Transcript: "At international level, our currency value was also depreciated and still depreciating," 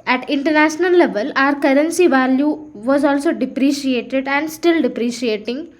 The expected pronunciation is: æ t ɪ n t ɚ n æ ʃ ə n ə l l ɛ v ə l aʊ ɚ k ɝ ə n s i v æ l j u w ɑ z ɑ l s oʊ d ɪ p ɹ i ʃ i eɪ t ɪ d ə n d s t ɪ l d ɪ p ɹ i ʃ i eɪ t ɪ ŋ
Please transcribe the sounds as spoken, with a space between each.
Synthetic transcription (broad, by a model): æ t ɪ n t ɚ n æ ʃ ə n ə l l ɛ v ə l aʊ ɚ k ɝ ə n s i v æ l j u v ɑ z ɑ l s oʊ d ɪ p ɹ i ʃ i eɪ t ɪ d ə n d s t ɪ l d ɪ p ɹ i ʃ i eɪ t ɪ ŋ